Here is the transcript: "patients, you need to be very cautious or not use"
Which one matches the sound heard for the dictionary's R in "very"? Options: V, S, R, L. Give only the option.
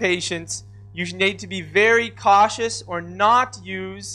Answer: R